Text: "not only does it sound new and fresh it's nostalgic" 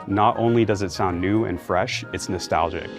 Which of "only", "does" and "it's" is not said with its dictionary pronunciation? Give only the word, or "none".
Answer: none